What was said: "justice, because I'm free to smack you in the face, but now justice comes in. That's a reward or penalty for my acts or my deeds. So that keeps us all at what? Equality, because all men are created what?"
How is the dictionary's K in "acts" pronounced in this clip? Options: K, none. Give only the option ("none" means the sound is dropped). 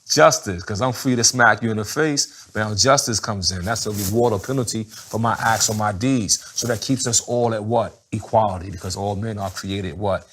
K